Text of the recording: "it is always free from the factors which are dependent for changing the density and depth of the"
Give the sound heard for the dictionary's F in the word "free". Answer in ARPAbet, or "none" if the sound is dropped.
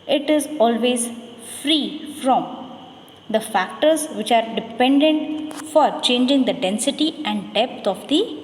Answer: F